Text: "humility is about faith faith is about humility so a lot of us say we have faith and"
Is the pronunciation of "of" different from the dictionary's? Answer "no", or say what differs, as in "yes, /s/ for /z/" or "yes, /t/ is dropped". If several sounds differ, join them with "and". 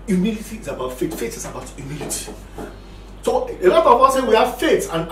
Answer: yes, /w/ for /v/